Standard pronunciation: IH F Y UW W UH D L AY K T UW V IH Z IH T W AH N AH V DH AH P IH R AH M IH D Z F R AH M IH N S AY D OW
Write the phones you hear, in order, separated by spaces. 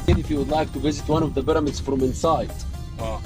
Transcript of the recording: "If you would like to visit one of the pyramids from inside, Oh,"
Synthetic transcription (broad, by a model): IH F Y UW W UH D L AY K T UW V IH Z IH T W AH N AH V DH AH B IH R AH M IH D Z F R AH M IH N S AY D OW